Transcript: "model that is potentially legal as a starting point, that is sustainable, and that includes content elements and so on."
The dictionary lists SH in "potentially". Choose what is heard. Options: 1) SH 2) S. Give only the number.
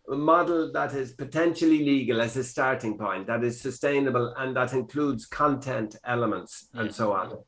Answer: 1